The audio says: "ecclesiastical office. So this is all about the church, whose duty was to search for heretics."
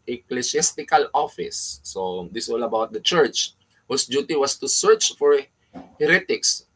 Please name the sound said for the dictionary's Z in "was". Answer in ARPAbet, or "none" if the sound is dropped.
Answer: S